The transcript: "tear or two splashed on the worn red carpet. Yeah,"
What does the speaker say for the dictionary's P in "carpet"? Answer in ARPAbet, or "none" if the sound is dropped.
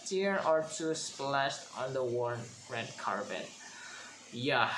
B